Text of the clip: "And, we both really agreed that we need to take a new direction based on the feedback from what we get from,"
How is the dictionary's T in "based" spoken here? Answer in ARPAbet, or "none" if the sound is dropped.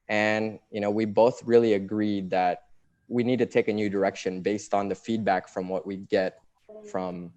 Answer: T